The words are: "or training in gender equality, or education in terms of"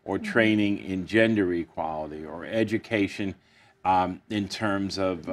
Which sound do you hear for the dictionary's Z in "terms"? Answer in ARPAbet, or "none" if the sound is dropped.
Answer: Z